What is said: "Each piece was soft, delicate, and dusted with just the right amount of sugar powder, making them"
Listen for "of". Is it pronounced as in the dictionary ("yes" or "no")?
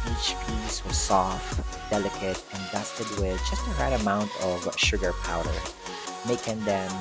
yes